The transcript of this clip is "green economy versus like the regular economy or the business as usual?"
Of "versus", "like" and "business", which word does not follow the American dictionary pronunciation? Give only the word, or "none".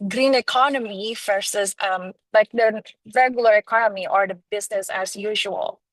versus